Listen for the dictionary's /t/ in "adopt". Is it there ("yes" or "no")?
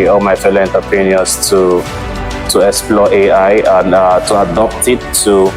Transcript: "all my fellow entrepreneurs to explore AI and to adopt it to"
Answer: yes